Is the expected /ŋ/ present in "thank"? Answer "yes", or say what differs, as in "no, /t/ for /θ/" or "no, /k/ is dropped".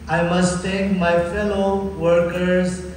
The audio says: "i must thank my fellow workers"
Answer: no, /ŋ/ is dropped